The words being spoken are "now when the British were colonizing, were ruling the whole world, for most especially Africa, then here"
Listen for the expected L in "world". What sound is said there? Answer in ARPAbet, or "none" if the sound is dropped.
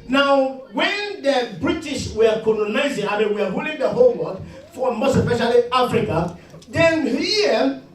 none